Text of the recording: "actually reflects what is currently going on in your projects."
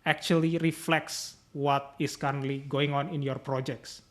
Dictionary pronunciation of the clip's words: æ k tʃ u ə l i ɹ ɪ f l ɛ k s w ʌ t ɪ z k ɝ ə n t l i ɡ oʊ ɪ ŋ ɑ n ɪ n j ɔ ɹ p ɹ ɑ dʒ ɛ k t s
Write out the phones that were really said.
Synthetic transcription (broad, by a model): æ k tʃ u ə l i ɹ ɪ f l ɛ k s w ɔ t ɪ s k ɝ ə n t l i ɡ oʊ ɪ ŋ ɑ n ɪ n j ɔ ɹ p ɹ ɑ dʒ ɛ k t s